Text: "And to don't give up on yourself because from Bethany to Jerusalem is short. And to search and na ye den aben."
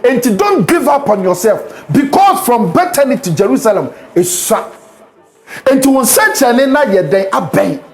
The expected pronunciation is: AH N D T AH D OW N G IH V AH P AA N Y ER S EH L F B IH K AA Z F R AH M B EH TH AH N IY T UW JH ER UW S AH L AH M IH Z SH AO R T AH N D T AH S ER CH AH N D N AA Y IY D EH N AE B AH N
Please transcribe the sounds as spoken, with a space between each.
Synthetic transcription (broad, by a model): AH N T AH D OW N G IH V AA P AA N Y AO S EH L F B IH K AA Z F R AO M B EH T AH N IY T UW JH ER UW S AH L AH M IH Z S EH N T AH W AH S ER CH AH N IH N AA Y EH D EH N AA B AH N